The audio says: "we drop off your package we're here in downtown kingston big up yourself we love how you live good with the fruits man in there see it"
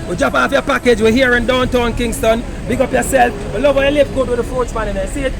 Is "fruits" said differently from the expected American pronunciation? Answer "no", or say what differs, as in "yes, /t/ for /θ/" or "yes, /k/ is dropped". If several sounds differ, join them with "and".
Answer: yes, /ɹ/ is dropped